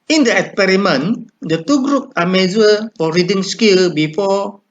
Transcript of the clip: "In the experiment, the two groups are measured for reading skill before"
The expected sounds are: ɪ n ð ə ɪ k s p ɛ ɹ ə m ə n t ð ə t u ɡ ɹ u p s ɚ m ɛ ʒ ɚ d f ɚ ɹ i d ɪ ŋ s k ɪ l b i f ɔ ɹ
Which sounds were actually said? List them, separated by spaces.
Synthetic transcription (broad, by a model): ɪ n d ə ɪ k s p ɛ ɹ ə m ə n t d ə t u ɡ ɹ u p ɑ m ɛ z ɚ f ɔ ɹ i d ɪ ŋ s k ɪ l b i f ɔ